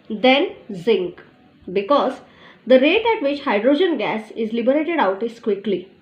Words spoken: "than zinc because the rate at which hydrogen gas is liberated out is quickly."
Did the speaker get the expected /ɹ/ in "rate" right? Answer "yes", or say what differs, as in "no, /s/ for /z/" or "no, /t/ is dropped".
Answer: yes